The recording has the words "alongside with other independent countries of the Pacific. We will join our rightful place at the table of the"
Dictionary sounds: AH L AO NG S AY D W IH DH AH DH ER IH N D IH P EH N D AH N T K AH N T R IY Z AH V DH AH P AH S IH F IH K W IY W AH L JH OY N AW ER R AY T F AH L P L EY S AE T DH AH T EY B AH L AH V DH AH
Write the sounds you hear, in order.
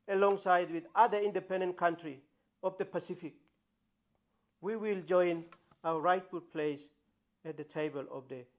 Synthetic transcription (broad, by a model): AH L AO NG S AY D W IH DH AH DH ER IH N D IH P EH N D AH N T K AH N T R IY AH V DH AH P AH S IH F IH K W IY W AH L JH OY N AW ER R AY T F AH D P L EY S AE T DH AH T EY B AH L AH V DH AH